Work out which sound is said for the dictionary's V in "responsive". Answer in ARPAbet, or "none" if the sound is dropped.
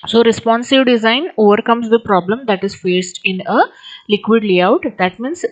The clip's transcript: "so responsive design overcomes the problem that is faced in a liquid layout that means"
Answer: V